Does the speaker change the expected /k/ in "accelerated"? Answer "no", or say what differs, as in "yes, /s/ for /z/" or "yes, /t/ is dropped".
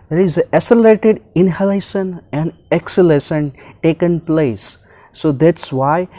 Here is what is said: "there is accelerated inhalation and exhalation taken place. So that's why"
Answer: yes, /k/ is dropped